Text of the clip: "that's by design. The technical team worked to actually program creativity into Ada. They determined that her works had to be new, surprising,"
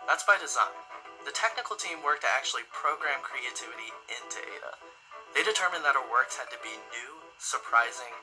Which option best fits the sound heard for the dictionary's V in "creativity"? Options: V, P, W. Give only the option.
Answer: V